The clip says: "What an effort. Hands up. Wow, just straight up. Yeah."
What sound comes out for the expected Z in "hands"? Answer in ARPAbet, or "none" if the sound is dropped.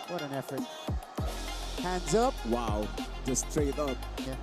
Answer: Z